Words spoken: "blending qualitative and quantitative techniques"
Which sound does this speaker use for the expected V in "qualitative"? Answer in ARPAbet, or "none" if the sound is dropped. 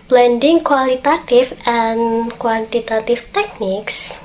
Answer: F